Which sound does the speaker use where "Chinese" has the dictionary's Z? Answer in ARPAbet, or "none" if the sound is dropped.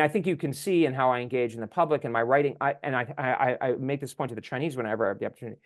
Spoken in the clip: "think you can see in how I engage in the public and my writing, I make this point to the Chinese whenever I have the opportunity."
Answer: Z